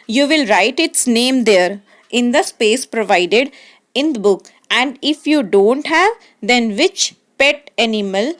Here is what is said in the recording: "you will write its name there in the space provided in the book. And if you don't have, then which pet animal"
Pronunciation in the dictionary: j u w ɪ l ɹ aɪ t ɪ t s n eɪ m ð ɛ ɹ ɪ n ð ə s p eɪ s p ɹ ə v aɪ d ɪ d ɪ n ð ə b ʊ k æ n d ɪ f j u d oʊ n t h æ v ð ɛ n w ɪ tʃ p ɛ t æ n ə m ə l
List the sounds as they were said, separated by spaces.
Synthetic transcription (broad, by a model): j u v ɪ l ɹ aɪ t ɪ t s n eɪ m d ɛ ɹ ɪ n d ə s p eɪ s p ɹ ə v aɪ d ɪ d ɪ n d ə b ʊ k æ n d ɪ f j u d oʊ n t h æ v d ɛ n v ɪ tʃ p ɛ t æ n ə m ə l